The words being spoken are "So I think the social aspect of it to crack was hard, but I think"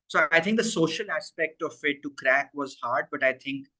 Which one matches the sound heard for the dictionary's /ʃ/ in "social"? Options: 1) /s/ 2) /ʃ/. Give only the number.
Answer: 2